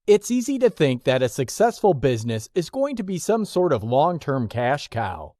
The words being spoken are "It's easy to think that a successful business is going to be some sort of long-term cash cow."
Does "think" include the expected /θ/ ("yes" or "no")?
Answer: yes